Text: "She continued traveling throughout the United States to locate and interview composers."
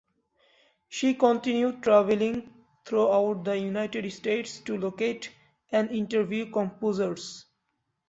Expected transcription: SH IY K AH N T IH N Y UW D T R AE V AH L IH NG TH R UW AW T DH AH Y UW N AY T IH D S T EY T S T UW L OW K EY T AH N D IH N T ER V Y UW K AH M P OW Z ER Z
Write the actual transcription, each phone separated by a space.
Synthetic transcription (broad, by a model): SH IY K AH N T IH N Y UW D T R AE V AH L IH NG T R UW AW T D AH Y UW N AY T IH D S T EY T S T UW L OW K EY T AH N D IH N T ER V Y UW K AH M P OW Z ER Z